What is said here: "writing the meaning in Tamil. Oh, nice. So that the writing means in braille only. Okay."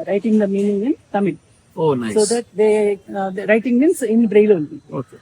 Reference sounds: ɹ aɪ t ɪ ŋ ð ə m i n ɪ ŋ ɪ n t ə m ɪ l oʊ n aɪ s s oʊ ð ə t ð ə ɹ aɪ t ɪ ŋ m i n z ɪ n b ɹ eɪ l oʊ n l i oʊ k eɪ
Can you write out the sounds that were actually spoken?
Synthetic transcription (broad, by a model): ɹ aɪ t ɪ ŋ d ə m i n ɪ ŋ ɪ n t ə m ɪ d oʊ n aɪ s s oʊ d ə t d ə ɹ aɪ t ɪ ŋ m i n s ɪ n b ɹ eɪ l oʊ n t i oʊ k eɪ